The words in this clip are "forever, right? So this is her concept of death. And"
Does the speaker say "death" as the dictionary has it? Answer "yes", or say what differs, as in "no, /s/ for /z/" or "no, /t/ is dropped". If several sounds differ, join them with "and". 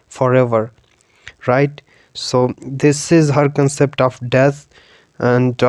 no, /t/ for /θ/